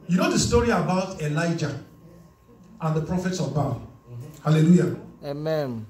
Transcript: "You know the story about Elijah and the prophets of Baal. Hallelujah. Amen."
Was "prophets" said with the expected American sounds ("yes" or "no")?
yes